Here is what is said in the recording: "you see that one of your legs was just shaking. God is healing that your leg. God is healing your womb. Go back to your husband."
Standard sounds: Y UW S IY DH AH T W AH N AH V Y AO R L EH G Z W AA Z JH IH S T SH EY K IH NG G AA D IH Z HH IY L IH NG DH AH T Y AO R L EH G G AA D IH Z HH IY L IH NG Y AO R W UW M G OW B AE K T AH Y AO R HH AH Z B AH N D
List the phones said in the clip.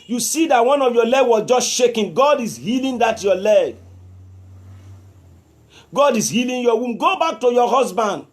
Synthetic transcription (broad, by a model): Y UW S IY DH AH T W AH N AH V Y AO L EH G W AA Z JH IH S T SH EY K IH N G AA D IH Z HH IY L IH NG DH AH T Y AO L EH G G AA D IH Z HH IY L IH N Y AO W UW M G OW B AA K T AH Y AO HH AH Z B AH N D